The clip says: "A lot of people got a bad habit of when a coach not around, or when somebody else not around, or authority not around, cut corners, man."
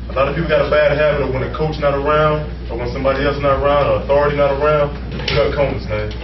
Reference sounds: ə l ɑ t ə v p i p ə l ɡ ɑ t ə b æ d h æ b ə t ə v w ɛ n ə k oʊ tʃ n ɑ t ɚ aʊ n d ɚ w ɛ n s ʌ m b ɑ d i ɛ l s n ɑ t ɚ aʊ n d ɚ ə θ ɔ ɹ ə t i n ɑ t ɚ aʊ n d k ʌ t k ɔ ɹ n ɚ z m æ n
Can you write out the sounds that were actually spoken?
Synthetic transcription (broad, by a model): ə l ɑ t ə p i p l ɡ ɑ t ə b æ d h æ b ə t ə w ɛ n ə k oʊ tʃ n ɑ t ɚ aʊ n d ɚ w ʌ n s ʌ m b ɑ d i ɛ l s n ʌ t ɚ aʊ n d ɚ ə θ ɔ ɹ ə t i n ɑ t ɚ aʊ n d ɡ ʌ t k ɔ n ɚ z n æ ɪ